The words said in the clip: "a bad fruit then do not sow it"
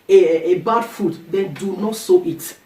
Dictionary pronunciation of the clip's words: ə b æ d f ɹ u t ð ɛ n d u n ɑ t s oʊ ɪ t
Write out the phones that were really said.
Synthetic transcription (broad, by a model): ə b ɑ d f u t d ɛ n d u n ɑ t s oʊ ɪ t